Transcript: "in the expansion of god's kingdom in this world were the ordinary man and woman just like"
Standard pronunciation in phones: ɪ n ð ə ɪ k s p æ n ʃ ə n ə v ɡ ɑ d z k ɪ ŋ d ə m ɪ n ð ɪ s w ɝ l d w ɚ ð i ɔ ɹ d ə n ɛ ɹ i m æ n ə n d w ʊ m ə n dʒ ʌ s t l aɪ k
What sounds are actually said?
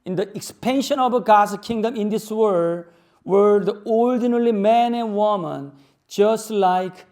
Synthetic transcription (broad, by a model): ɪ n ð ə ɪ k s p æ n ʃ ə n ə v ɡ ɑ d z k ɪ ŋ d ə m ɪ n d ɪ s w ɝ d w ɚ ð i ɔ l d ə n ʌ l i m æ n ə n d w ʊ m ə n dʒ ʌ s t l aɪ k